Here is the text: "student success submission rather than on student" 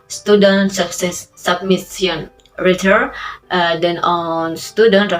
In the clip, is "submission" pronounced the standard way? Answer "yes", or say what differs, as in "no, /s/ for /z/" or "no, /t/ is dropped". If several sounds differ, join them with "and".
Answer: no, /s/ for /ʃ/